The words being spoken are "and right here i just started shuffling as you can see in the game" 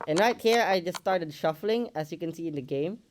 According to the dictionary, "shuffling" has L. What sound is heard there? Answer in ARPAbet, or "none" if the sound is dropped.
L